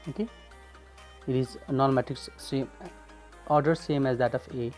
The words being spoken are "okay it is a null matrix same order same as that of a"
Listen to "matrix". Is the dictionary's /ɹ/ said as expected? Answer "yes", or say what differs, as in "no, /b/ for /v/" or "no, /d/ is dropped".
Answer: no, /ɹ/ is dropped